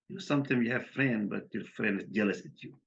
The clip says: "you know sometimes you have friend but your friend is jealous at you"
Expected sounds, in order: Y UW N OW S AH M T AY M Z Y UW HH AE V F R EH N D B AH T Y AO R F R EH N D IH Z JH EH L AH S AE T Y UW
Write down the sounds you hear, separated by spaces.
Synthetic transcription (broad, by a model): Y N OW S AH M T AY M Y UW HH AE V F R EH N D B AH T Y AO R F R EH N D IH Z JH EH L AH S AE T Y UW